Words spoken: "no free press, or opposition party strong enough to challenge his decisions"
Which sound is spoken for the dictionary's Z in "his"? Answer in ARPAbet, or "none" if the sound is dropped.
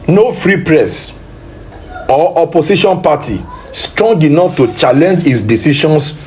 S